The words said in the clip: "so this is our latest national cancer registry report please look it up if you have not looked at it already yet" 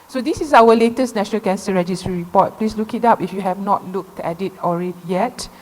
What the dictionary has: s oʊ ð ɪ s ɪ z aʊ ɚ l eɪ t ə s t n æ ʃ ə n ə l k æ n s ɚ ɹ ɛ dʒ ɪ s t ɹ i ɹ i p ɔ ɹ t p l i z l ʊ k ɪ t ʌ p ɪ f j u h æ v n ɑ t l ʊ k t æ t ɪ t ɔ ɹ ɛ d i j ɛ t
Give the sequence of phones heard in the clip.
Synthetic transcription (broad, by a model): s oʊ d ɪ s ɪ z aʊ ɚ l eɪ t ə s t n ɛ ʃ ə n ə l k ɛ n s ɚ ɹ ɛ dʒ ɪ s t ɹ i ɹ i p ɔ t p l i s l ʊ k ɪ t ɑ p ɪ f j u h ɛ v n ɑ t l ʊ k t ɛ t ɪ t ɔ ɹ ɛ d i j ɛ t